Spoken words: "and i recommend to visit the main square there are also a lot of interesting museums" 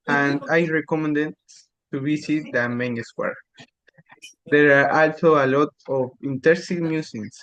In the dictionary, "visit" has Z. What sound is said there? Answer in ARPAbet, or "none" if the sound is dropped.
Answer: S